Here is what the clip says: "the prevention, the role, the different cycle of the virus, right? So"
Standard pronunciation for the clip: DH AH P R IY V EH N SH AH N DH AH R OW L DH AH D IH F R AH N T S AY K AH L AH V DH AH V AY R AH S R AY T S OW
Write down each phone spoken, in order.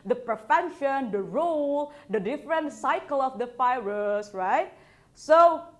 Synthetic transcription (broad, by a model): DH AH P R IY F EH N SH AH N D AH R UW L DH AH D IH F R AH N T S AY K AH L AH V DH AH F AY R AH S R AY T S OW